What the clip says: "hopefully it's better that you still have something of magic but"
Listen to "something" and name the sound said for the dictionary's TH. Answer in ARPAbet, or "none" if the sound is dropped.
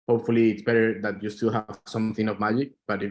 TH